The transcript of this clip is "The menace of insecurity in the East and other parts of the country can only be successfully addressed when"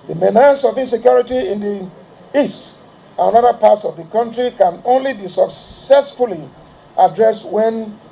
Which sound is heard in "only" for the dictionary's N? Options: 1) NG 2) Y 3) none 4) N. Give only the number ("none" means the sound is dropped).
4